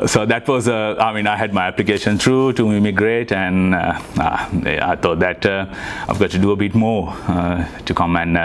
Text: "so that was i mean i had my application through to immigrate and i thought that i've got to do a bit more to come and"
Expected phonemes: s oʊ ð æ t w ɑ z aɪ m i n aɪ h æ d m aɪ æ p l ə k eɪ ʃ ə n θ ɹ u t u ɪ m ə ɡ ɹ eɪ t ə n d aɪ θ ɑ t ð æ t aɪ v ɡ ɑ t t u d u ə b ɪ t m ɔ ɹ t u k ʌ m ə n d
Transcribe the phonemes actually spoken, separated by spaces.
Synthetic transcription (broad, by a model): s oʊ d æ t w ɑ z aɪ m i n aɪ h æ d m aɪ æ p l ə k eɪ ʃ ə n t ɹ u t u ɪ m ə ɡ ɹ eɪ t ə n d aɪ t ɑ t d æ t aɪ v ɡ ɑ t t u d u ə b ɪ t m ɔ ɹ t u k ʌ m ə n